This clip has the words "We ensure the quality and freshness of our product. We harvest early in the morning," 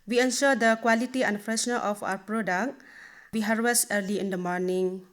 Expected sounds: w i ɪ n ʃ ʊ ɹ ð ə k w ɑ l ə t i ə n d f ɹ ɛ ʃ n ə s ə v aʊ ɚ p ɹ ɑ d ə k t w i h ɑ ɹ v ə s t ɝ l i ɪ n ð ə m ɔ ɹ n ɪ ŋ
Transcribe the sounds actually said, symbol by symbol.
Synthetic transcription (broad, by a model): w i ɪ n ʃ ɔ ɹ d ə k w ɑ l ə t i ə n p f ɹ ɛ s n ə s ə p aʊ ɚ p ɹ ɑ d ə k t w i h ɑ ɹ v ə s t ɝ l i ɪ n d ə m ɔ ɹ n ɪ ŋ